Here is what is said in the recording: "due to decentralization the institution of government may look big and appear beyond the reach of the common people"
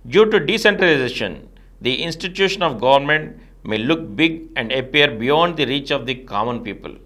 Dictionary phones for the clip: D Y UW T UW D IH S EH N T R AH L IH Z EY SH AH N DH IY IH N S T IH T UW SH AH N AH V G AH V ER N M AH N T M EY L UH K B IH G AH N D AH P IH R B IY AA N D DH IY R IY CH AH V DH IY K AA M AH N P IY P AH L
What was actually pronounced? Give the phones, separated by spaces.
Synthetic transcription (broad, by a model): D Y UW T UW D IH S EH N T R AH L IH Z EY SH AH N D IY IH N S T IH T UW SH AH N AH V G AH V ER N M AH N T M EY L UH K B IH G AH N D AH P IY R B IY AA N D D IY R IY CH AH V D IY K AA M AH N P IY P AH L